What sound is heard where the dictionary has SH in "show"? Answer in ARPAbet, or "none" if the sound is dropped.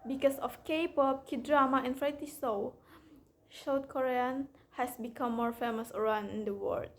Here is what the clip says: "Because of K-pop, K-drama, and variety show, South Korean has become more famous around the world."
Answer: S